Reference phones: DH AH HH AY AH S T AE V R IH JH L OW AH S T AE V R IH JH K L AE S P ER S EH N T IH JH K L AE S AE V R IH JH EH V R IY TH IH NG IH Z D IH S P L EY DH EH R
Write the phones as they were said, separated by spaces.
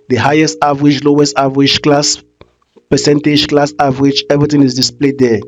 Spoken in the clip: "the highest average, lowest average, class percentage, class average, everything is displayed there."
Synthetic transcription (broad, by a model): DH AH HH AY AH S T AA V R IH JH L OW AH S T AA V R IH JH K L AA S P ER S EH N T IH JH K L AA S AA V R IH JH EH V R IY T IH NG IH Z D IH S P L EY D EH